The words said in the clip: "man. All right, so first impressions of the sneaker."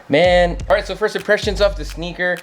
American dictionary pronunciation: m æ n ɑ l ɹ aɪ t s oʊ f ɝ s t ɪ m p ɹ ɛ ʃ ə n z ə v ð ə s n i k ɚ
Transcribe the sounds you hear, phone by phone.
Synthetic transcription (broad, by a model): m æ n ɑ l ɹ aɪ t s oʊ f ɝ s t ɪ p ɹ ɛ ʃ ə n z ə f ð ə s n i k ɚ